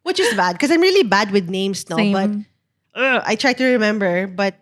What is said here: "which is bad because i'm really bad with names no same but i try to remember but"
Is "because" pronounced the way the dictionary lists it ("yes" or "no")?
no